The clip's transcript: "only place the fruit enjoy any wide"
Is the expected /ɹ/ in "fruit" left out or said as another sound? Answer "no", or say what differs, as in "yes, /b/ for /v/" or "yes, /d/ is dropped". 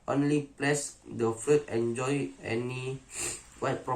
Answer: yes, /ɹ/ is dropped